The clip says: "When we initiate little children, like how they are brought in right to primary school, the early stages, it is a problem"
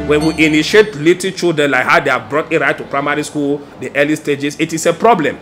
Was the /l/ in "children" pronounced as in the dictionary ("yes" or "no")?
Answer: no